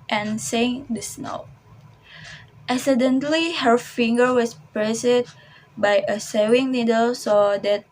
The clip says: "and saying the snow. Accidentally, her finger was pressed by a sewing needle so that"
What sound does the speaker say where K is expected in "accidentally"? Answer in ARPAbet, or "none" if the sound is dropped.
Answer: none